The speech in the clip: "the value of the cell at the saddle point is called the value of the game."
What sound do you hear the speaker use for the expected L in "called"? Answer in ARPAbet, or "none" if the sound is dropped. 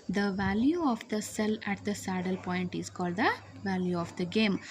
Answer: L